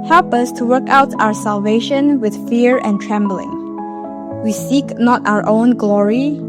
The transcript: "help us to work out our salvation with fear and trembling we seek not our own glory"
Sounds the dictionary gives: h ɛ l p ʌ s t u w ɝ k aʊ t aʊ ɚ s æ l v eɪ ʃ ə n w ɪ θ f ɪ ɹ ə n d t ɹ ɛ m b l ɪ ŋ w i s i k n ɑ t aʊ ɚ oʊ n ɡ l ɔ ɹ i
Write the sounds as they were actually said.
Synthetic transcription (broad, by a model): h ɛ l p ʌ s t u w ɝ k aʊ t aʊ ɚ s æ l v eɪ ʃ ə n w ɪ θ f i ɹ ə n t ɹ ɛ m b l ɪ ŋ w i s i k n ɑ t aʊ ɚ oʊ n ɡ l ɔ ɹ i